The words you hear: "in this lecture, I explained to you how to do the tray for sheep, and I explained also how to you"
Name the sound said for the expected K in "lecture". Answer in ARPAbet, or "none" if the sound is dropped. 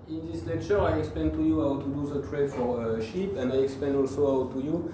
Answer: K